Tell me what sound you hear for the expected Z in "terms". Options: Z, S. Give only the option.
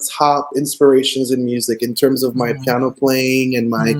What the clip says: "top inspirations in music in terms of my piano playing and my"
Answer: Z